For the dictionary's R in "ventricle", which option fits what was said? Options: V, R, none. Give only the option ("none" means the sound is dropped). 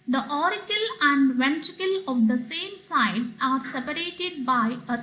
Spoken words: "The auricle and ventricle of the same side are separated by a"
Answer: R